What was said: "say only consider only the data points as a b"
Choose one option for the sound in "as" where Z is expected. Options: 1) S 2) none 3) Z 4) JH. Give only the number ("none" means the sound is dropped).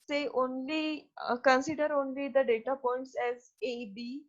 3